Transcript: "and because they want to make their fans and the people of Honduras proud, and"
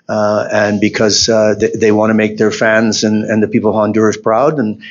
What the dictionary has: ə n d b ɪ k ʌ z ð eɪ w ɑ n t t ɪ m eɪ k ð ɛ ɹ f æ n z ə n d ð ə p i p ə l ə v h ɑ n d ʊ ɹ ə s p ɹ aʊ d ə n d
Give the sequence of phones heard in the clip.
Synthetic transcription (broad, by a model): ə n b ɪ k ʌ z ð eɪ w ɑ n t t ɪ m eɪ k ð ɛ ɹ f æ n z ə n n ð ə p i p l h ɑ n d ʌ ɹ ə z p ɹ aʊ d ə n